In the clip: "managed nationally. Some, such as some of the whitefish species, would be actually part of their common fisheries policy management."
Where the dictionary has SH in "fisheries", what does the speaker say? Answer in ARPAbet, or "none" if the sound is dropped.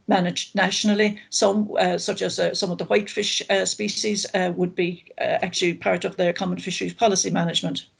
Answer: SH